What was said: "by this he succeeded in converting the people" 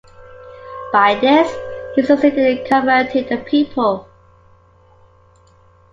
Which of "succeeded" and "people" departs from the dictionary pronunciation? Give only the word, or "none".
succeeded